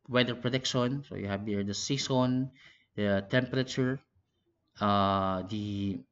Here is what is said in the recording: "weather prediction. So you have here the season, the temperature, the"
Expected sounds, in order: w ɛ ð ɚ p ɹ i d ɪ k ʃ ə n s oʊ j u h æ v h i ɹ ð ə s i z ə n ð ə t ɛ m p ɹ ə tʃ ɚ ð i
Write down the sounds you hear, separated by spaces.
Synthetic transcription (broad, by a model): w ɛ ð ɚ p ɹ i d ɪ k ʃ ə n s oʊ j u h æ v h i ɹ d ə s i s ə n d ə t ɛ m p ɹ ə tʃ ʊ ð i